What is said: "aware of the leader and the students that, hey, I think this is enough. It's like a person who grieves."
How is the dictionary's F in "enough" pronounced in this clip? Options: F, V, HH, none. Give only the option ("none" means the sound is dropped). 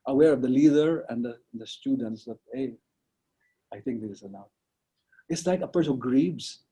none